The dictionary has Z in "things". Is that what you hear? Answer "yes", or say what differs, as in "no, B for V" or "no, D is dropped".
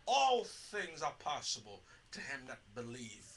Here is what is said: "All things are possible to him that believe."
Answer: yes